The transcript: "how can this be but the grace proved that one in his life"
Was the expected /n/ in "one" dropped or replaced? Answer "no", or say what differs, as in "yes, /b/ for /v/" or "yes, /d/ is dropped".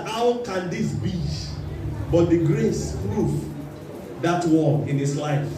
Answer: yes, /l/ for /n/